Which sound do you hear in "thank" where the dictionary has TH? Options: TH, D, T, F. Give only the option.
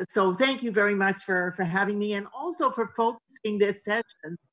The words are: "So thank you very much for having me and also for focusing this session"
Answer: TH